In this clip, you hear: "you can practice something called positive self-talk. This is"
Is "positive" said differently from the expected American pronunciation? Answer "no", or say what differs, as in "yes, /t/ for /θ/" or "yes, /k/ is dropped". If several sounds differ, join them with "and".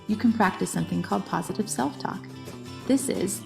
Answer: no